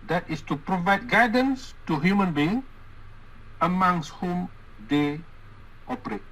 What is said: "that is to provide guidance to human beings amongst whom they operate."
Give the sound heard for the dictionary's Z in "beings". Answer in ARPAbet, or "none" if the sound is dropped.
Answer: none